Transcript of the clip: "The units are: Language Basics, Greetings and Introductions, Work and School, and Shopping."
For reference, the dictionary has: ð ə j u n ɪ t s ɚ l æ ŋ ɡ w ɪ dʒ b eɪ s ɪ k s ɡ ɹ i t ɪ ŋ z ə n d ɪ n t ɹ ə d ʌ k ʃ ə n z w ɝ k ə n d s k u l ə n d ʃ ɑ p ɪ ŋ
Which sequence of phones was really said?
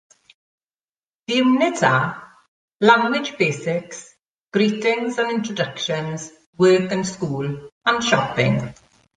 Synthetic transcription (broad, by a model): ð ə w n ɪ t ɚ l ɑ ŋ ɡ w ɪ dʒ b eɪ s ɪ k s ɡ ɹ i t ɪ ŋ z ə n ɪ n t ɹ ə d ʌ k ʃ ə n z w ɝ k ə n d s k u l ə n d ʃ ɑ p ɪ ŋ